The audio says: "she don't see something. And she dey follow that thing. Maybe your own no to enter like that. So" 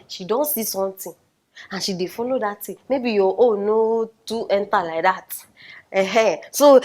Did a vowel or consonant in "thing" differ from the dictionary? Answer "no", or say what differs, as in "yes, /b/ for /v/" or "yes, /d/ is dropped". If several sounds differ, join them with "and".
yes, /t/ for /θ/